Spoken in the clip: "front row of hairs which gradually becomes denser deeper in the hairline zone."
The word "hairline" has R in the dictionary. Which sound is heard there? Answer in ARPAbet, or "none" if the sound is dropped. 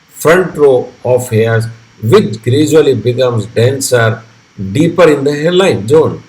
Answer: L